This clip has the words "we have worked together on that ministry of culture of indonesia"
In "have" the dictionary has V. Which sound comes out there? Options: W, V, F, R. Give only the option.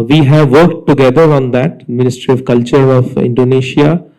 V